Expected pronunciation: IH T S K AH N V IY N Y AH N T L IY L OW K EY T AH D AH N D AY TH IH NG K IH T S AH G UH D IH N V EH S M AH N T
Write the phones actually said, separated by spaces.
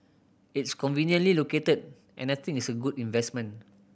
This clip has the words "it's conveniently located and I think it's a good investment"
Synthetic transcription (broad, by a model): IH T S K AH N V IY N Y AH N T L IY L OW K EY T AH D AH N AY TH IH NG IH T S AH G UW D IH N V EH S M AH N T